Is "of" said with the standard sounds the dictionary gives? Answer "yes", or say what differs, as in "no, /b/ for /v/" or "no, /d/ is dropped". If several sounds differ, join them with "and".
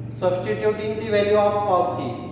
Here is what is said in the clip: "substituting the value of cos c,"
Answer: no, /p/ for /v/